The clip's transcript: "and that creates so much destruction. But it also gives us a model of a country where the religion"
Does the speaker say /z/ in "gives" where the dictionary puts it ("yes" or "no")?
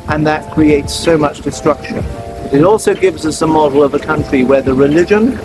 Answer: yes